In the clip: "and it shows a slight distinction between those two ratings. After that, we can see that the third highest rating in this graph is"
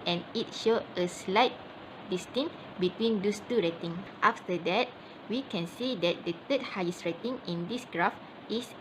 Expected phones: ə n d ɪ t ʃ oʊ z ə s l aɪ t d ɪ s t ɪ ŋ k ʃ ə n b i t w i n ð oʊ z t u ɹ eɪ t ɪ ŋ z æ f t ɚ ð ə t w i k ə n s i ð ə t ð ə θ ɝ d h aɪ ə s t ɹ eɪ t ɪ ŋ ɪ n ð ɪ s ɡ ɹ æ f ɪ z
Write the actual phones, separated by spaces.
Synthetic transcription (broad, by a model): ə n ɪ t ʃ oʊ ə s l aɪ t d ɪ s t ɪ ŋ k b i t w i n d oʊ s t u ɹ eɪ t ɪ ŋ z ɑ f t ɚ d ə t w i k ə n s i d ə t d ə t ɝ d h aɪ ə s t ɹ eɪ t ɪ ŋ ɪ n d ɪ s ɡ ɹ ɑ f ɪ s